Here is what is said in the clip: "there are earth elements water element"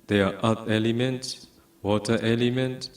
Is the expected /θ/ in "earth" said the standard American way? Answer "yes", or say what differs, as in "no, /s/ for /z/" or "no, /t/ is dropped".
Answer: no, /t/ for /θ/